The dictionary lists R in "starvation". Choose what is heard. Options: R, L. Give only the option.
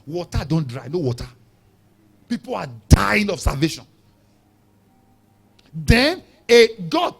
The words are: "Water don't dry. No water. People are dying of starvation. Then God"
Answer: L